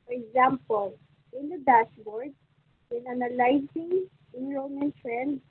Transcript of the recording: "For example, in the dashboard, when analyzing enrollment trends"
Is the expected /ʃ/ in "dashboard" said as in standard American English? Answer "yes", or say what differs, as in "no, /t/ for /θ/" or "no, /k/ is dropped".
no, /s/ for /ʃ/